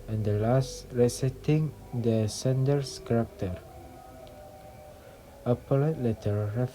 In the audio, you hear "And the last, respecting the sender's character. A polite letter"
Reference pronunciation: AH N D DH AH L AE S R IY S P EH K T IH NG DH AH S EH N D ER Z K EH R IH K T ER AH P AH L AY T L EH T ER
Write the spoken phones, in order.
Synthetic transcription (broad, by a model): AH N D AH L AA S R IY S EH T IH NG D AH S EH N D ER S K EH R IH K T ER AH P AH L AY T L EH T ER